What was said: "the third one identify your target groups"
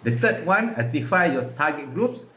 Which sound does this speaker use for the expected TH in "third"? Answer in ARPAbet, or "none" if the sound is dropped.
T